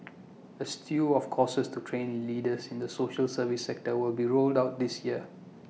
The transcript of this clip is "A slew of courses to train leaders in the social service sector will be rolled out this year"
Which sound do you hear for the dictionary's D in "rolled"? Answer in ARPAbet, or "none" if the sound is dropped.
D